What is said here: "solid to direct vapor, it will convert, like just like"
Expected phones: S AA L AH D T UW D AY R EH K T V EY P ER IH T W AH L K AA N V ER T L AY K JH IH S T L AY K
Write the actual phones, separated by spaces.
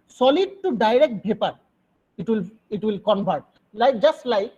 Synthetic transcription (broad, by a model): S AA L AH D T UW D AY R EH K T B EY P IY IH T W AH L K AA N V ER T L AY K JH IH S T L AY K